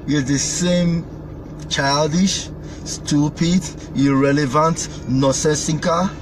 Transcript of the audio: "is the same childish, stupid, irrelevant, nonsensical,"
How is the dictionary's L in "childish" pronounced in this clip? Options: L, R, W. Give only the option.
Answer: L